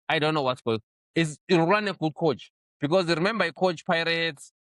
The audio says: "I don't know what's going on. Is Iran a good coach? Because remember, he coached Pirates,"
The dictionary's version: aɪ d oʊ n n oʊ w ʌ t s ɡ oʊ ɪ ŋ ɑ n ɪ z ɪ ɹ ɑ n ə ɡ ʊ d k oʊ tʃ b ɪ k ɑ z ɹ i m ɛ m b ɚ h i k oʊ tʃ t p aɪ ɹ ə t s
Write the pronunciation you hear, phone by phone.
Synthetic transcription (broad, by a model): aɪ d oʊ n n oʊ w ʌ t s ɡ oʊ ɪ ŋ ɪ s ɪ ɑ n ə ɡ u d k oʊ tʃ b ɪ k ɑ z ɹ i m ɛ m b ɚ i k oʊ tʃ p aɪ ɹ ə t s